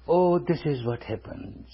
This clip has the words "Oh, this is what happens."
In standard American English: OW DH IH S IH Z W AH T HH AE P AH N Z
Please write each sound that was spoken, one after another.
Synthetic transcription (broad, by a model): OW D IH S IH Z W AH T HH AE P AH N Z